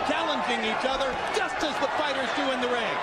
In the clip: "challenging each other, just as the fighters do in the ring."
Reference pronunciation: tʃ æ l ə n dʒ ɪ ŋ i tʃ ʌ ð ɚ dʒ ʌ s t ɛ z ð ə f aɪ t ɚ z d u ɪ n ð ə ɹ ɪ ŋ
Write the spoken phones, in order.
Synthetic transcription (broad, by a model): tʃ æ l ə n dʒ ɪ ŋ i tʃ ʌ ð ɚ dʒ ʌ s t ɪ z ð ə f aɪ t ɚ z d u ɪ n ð ə ɹ ɪ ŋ